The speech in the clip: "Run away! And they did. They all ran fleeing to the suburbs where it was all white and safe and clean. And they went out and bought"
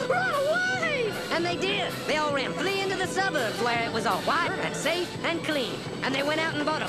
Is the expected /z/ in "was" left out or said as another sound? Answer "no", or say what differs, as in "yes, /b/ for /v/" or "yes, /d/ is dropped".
no